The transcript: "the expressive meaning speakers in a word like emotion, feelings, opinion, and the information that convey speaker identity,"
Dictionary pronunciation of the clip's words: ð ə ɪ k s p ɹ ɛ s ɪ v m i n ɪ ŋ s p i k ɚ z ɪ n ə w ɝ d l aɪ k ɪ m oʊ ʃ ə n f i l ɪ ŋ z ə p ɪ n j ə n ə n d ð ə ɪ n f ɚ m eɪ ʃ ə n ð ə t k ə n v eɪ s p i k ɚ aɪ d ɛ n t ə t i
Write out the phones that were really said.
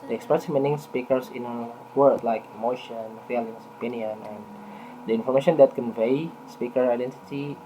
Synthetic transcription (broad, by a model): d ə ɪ k s p ɹ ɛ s m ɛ n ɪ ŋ s p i k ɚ s ɪ n ə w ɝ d l aɪ k ɪ m oʊ ʃ ə n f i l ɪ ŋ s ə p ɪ n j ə n ə n d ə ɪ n f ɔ m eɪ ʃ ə n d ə t k ə n v eɪ s p i k ɚ aɪ d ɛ n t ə t i